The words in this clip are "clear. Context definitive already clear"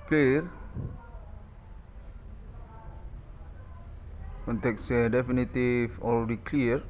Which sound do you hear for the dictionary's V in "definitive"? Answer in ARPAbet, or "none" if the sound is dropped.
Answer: F